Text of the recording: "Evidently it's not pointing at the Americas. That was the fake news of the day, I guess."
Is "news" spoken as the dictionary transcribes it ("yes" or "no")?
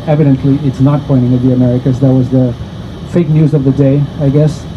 yes